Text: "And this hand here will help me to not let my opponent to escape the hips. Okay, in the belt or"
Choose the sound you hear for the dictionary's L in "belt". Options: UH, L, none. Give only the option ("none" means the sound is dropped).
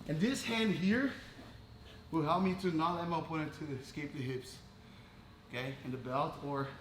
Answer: L